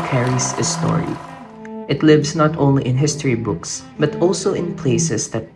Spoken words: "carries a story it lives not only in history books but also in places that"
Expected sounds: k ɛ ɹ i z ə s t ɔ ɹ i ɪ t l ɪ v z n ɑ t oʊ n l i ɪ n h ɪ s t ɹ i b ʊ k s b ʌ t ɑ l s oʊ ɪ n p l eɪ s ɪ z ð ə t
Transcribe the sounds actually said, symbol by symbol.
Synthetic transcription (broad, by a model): k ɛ ɹ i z ə s t ɔ ɹ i ɪ t l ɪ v s n ɑ t oʊ n l i ɪ n h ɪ s t ɹ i b ʊ k s b ʌ t ɑ l s oʊ ɪ n p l eɪ s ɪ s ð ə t